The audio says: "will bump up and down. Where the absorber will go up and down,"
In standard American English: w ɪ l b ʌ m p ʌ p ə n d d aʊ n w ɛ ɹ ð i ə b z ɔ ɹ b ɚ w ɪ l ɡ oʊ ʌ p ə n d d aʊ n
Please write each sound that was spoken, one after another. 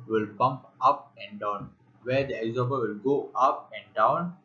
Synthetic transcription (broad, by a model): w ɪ l b ʌ m p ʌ p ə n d d aʊ n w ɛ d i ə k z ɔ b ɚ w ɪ l ɡ oʊ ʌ p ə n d d aʊ n